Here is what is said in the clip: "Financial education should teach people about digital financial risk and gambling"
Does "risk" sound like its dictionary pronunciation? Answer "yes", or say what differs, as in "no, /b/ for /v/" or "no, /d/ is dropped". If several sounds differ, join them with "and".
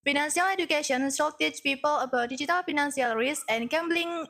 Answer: no, /k/ is dropped